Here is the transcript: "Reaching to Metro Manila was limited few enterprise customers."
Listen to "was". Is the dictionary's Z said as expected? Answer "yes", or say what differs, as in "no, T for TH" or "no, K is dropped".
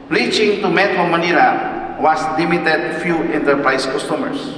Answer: no, S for Z